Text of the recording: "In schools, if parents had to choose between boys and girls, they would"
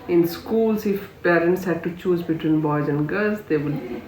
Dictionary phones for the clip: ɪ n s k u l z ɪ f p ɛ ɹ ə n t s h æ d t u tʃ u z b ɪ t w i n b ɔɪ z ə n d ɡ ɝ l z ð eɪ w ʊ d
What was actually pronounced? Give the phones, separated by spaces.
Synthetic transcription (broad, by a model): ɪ n s k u l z ɪ f p ɛ ɹ ə n t s h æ d t u tʃ u z b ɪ t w i n b ɔɪ z ə n d ɡ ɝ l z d eɪ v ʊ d